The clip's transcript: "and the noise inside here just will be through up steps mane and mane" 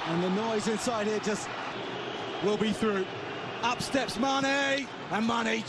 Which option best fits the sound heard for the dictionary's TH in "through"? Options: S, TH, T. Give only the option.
TH